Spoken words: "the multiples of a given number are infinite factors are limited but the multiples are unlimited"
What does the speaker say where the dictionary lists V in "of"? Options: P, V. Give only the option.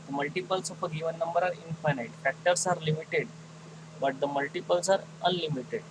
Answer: P